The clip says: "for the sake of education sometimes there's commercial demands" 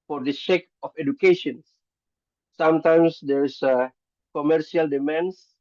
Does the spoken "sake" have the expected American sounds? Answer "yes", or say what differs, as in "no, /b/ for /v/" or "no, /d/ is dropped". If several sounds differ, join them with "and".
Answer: no, /ʃ/ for /s/